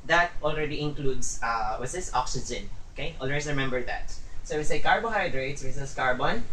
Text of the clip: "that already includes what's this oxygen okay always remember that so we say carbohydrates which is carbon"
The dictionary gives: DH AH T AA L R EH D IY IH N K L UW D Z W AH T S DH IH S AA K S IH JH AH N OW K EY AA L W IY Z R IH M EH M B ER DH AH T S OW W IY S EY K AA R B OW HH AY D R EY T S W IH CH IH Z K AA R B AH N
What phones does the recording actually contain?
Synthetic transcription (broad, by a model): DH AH T AA L R EH D IY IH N K L UW D S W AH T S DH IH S AA K S IH JH AH N OW K EY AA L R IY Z R IH M EH M B ER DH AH T S OW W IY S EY K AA R B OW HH AY D R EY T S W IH S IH S K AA R B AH N